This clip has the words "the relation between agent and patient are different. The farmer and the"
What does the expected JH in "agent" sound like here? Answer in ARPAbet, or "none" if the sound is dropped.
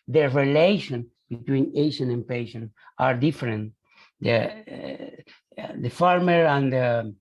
SH